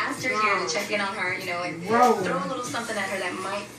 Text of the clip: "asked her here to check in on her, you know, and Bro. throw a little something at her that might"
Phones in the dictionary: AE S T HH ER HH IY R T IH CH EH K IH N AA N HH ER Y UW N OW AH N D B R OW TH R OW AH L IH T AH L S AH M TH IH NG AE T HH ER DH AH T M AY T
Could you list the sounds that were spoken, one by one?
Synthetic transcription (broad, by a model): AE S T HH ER HH IY R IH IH CH EH K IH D N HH ER Y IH N OW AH N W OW TH R OW AH L IH T L S AH M TH IH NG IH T HH ER DH AH T M AY T